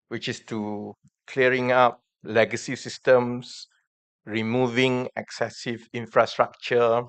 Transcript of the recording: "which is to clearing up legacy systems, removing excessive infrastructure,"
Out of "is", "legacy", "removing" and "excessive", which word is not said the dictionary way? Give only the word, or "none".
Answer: is